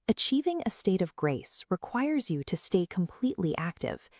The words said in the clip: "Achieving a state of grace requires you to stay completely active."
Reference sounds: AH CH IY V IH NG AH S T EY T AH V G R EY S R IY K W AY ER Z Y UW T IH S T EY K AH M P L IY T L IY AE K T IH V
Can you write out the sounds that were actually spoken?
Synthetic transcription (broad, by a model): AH CH IY V IH NG AH S T EY T AH V G R EY S R IY K W AY ER Z Y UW T IH S T EY K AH M P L IY T L IY AE K T IH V